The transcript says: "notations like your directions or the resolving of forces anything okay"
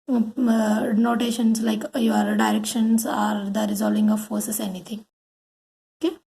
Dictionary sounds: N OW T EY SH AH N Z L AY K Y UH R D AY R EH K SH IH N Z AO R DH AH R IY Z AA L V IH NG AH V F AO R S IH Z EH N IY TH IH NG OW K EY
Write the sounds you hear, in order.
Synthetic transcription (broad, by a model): N OW T EY SH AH N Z L AY K Y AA R D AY R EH K SH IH N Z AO R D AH R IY Z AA L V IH NG AH V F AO R S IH S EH N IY T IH NG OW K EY